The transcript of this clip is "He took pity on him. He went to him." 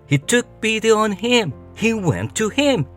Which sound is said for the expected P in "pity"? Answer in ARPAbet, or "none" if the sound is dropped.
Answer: B